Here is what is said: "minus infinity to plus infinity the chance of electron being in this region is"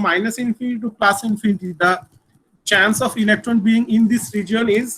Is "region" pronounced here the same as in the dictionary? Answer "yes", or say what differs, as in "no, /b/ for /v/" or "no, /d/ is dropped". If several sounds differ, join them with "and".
no, /l/ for /n/